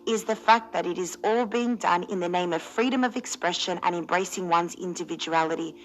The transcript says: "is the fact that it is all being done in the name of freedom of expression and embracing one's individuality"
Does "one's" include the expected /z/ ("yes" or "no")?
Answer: yes